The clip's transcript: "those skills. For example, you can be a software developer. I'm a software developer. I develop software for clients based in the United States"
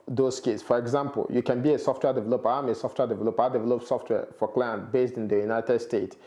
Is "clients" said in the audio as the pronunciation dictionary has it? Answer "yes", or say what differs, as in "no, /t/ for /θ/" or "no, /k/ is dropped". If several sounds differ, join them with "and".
no, /s/ is dropped